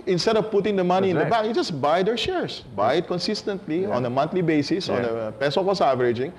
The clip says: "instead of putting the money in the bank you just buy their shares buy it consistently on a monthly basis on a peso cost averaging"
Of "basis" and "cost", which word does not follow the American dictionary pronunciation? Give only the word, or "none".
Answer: cost